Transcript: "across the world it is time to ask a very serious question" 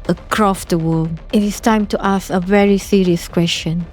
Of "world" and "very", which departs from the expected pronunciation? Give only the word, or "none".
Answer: world